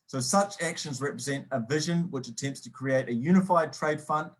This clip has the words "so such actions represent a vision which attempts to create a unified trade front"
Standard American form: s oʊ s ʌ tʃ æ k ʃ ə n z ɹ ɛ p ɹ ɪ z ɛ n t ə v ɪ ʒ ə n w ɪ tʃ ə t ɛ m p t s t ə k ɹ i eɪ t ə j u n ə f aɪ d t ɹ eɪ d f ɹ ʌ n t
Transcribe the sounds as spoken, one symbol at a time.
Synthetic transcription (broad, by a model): s oʊ s ʌ tʃ æ k ʃ ə n z ɹ ɛ p ɹ ɪ z ɛ n t ə v ɪ ʒ ə n w ɪ tʃ ə t ɛ m p t s t ə k ɹ i eɪ t ə j u n ə f aɪ d t ɹ eɪ d f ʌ n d